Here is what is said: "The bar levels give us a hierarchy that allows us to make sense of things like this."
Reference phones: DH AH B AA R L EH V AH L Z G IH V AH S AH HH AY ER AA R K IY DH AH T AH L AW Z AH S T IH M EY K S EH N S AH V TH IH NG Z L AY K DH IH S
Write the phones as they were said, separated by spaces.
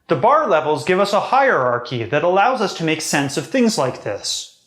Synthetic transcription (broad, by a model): DH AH B AA R L EH V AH L Z G IH V AH S AH HH AY ER AA R K IY DH AH T AH L AW Z AH S T IH M EY K S EH N S AH V TH IH NG Z L AY K DH IH S